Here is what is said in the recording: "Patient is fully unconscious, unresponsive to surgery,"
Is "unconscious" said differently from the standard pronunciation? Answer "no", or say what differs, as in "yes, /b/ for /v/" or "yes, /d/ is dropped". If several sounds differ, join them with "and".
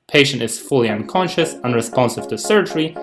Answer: no